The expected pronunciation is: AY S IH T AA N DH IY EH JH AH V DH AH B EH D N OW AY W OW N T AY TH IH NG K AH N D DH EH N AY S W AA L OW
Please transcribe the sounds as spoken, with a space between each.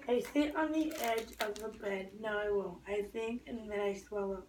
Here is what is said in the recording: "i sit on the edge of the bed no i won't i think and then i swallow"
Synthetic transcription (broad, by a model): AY S IH T N DH IY EH JH AH V DH AH B EH D N OW AY W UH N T AY TH IH NG K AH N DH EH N AY S W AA L OW